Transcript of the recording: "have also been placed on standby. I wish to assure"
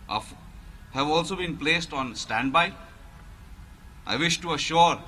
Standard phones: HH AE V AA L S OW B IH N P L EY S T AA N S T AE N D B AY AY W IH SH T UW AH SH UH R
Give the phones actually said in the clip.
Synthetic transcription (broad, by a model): HH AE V AA L S OW B IH N P L EY S T AA N S T AE N D B AY AY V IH SH T UW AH SH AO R